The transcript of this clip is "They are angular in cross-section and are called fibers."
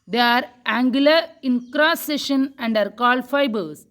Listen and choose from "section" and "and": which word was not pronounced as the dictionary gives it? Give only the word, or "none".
section